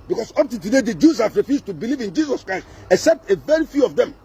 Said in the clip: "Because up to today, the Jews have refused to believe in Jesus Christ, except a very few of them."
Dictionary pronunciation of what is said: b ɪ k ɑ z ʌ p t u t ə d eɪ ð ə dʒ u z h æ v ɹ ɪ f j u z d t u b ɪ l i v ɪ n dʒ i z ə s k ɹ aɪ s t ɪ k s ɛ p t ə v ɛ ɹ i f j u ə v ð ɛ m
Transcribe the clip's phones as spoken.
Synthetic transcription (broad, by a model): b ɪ k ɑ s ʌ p t u t ə d eɪ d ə dʒ u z h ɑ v ɹ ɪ f j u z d t u b ɪ l i v ɪ n dʒ i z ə s k ɹ aɪ s t ɪ k s ɛ p t ə v ɛ ɹ i f j u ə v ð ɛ m